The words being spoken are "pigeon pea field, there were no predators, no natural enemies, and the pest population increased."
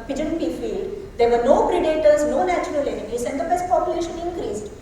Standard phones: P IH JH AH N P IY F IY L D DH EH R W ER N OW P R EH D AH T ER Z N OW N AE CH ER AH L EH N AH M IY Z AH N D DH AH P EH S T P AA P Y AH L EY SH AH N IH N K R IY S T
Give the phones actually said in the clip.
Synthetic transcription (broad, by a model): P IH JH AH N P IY F IY L D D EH R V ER N OW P R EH D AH T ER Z N OW N AE CH ER AH L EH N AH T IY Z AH N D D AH B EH S T P AA P Y AH L EY SH AH N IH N K R IY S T